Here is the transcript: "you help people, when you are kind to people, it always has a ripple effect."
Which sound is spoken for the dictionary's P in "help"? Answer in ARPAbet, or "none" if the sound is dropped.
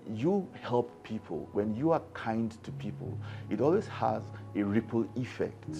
P